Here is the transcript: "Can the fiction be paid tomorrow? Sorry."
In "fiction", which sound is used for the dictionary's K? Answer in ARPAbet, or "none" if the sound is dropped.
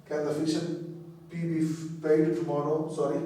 none